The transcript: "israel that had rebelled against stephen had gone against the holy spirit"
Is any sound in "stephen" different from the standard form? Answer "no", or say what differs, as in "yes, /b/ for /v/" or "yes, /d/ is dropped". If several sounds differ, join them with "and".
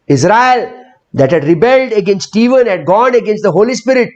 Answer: no